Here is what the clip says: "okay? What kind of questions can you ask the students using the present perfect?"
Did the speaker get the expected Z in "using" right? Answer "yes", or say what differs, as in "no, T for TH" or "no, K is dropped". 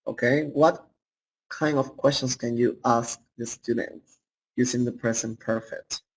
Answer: no, S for Z